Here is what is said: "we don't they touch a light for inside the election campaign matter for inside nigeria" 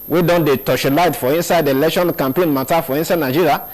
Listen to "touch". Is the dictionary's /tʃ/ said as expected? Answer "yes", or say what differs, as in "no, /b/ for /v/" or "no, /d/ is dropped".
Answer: no, /ʃ/ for /tʃ/